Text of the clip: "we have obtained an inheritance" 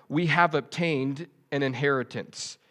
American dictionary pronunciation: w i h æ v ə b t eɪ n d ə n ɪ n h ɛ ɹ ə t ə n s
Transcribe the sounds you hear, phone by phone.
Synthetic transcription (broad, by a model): w i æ v ə b t eɪ n d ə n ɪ n h ɛ ɹ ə t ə n s